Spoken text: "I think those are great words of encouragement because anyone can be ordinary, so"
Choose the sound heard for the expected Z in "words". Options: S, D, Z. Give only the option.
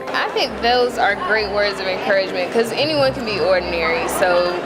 Z